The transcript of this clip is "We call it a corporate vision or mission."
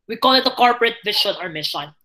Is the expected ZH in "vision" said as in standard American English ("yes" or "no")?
no